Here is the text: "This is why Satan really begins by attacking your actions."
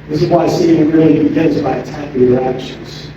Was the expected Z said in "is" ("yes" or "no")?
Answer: yes